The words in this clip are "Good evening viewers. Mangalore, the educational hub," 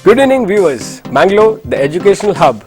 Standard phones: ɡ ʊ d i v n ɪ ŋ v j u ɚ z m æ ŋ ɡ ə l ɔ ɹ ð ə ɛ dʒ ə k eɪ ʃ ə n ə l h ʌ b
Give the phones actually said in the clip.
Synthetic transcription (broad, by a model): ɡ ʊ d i n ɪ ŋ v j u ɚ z m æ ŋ ɡ l ɔ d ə ɛ dʒ ə k eɪ ʃ ə n ə l h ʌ b